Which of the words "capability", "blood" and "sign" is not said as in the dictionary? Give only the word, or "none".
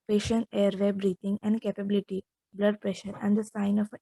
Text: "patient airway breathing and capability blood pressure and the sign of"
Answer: none